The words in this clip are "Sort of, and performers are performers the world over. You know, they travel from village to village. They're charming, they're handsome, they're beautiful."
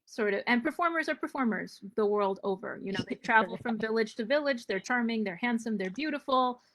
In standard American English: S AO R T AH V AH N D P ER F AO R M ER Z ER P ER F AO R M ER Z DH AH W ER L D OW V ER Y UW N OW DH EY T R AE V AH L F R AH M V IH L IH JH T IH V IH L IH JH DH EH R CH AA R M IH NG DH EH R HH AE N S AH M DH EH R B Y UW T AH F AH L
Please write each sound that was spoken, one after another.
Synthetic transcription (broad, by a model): S AO R T AH V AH N P ER F AO R M ER Z ER P ER F AO R M ER Z DH AH W ER L D OW V ER Y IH N OW DH EY T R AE V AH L F R AH M V IH L IH JH T IH V IH L IH JH DH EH R CH AA R M IH NG DH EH R HH AE N S AH M DH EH R B Y UW T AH F L